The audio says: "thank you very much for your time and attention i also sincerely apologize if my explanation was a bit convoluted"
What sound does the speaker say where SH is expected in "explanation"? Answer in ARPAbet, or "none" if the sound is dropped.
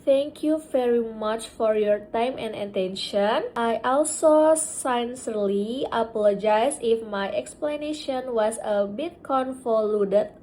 SH